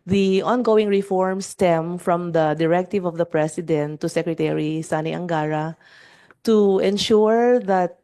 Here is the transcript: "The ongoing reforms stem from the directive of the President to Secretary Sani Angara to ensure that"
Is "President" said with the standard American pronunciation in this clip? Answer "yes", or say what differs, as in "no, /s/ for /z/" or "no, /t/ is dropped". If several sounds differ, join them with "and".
no, /s/ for /z/